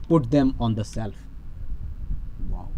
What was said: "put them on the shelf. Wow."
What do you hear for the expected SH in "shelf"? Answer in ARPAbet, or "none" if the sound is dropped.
S